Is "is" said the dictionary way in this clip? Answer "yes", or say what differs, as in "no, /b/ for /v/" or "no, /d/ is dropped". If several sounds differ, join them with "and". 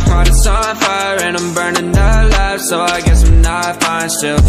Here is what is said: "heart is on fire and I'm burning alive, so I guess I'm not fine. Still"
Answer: no, /s/ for /z/